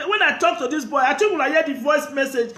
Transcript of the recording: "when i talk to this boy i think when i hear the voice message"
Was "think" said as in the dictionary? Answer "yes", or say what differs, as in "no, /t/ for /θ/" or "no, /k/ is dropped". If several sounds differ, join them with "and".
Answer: no, /t/ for /θ/